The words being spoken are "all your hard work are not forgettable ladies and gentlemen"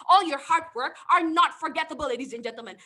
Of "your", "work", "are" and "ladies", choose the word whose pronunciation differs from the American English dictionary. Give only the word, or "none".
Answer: none